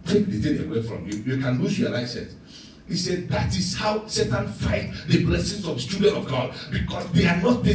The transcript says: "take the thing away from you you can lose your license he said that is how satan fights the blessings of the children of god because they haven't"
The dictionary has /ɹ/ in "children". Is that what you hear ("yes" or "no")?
no